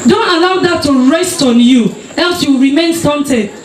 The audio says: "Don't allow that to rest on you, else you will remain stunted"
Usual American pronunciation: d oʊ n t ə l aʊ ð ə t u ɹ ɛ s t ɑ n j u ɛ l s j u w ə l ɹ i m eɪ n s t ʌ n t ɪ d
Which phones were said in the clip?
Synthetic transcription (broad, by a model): d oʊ n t ə l aʊ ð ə t u ɹ ɛ s t ɑ n j u ɛ l s j u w ɹ i m eɪ n s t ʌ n t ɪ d